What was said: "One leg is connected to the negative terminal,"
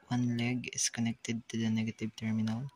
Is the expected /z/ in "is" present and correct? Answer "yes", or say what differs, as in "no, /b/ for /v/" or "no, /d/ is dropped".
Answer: no, /s/ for /z/